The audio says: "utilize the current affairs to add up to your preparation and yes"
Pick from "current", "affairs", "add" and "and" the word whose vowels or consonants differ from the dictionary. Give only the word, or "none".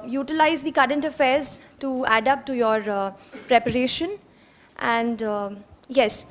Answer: none